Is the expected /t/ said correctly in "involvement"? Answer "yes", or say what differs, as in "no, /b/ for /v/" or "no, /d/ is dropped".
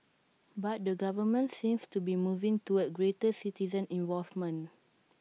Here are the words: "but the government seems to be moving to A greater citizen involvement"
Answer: no, /t/ is dropped